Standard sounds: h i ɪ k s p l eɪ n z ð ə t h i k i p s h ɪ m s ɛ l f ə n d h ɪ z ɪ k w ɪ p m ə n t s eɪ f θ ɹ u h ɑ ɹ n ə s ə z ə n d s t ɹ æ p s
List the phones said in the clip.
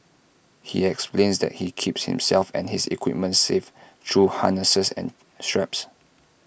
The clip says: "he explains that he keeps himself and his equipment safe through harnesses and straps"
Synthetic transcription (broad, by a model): h i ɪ k s p l eɪ n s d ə t h i k i p s h ɪ m s ɛ l f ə n h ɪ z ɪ k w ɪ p m ə n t s eɪ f t ɹ u h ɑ n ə s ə s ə n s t ɹ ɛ p s